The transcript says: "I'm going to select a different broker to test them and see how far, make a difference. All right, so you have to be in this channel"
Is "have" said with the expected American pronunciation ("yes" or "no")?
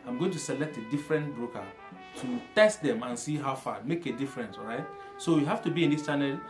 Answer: no